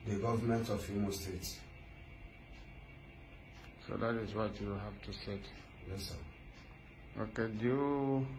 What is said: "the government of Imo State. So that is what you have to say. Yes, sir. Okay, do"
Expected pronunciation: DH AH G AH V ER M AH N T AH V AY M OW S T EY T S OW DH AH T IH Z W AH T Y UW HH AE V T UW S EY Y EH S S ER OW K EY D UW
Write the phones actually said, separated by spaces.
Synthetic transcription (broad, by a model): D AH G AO V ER M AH N T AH F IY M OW S T EY T S OW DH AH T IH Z W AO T Y UW HH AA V T UW S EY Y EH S S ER OW K EY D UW